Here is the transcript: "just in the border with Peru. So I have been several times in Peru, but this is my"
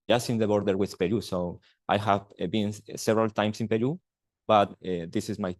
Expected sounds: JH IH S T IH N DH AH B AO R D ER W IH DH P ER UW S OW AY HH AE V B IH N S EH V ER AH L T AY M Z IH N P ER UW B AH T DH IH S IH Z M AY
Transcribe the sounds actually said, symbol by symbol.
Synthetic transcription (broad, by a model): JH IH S IH N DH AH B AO R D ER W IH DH P ER UW S OW AY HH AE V B IH N S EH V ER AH L T AY M S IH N P ER UW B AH T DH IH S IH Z M AY